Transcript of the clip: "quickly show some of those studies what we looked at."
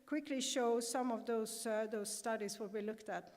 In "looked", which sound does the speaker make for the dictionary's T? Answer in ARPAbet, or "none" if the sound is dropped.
T